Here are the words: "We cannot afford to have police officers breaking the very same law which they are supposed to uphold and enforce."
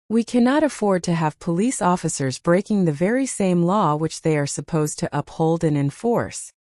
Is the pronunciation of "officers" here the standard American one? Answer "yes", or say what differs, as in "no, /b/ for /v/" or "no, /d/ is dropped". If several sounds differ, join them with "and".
yes